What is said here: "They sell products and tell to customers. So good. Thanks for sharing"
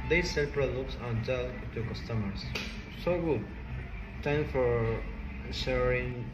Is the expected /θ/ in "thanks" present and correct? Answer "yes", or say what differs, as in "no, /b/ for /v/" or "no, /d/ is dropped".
no, /t/ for /θ/